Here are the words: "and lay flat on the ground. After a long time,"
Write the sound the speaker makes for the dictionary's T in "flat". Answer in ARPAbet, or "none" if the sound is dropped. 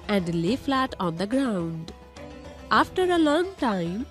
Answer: T